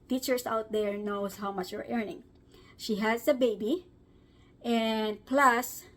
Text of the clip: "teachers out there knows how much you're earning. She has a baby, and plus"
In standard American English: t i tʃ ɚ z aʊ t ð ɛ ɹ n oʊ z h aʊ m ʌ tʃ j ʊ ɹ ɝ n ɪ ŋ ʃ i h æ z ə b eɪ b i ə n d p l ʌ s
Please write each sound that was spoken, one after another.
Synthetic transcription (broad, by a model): t i tʃ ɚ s aʊ t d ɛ ɹ n oʊ s h aʊ m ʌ tʃ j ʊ ɹ ɝ n ɪ ŋ ʃ i h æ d ə b eɪ b i ə n d p l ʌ s